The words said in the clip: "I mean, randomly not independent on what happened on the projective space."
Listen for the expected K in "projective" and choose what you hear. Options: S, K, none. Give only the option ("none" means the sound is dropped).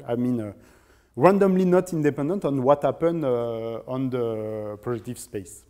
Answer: none